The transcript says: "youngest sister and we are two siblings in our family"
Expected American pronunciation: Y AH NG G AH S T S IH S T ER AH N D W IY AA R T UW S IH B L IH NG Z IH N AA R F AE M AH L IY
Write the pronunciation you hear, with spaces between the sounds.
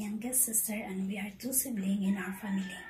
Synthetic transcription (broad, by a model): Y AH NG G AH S S IH S T ER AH N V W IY AA R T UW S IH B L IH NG IH N AA R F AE M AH L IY